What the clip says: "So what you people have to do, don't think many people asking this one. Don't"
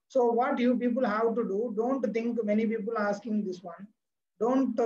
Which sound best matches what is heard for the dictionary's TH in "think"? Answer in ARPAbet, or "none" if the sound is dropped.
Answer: T